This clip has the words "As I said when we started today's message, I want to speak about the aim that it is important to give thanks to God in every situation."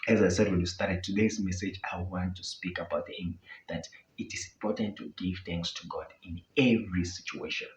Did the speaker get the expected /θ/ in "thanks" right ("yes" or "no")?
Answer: yes